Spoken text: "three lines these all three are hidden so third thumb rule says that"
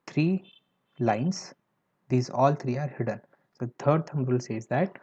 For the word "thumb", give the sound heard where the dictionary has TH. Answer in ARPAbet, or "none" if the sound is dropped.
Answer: T